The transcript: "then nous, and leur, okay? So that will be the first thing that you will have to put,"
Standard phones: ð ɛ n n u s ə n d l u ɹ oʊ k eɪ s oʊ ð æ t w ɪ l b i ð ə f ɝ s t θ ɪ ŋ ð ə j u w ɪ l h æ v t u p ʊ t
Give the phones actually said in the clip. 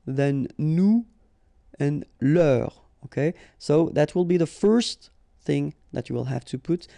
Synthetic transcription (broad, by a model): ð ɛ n n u ə n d l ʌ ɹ oʊ k eɪ s oʊ ð æ t w ɪ l b i ð ə f ɝ s t θ ɪ ŋ ð ə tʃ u w ɪ l h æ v t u p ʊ t